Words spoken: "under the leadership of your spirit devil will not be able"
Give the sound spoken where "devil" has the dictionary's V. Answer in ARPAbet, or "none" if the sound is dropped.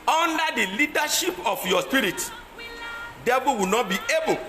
B